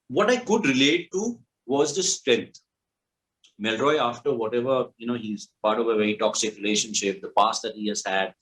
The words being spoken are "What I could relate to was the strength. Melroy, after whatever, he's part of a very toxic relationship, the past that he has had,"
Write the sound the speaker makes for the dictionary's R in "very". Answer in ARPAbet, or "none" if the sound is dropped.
none